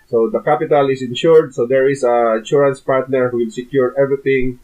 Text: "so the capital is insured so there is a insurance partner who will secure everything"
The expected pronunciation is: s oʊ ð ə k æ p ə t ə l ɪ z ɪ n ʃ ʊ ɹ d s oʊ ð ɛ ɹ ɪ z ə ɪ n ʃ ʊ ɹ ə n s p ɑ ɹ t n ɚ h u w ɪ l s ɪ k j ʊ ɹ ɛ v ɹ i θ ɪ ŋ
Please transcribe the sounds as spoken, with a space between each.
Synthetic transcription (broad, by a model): s oʊ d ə k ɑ p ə t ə l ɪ s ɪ n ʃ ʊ ɹ d s oʊ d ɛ ɹ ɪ s ə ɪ n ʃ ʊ ɹ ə n s p ɑ ɹ t n ɚ h u w ɪ l s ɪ k j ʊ ɹ ɛ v ɹ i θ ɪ ŋ